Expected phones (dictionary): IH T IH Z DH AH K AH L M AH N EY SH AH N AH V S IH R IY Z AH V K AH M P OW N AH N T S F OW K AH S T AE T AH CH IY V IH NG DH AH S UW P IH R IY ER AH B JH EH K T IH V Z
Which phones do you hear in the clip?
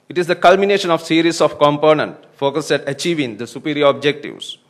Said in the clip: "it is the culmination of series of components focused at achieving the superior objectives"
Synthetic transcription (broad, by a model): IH T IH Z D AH K AH L M AH N EY SH AH N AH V S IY R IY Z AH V K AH M P OW N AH N T F OW K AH S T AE T AH CH IY V IH NG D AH S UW P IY R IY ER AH B JH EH K T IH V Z